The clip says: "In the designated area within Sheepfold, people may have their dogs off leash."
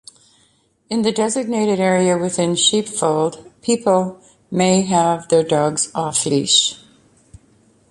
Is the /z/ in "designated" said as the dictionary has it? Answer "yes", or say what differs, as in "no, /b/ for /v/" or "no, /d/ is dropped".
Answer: yes